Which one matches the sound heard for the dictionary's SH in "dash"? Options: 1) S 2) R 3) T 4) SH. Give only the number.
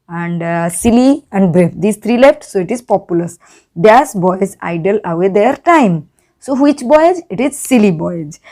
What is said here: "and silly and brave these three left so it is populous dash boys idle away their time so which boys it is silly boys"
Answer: 1